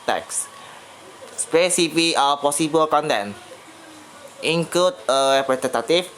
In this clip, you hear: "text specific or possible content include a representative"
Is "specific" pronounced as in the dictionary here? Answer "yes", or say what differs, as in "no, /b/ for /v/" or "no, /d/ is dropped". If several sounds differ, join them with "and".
no, /k/ is dropped